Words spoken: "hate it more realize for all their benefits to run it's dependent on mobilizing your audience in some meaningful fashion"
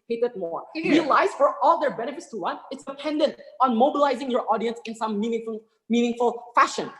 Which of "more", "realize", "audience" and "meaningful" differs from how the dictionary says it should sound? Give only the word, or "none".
realize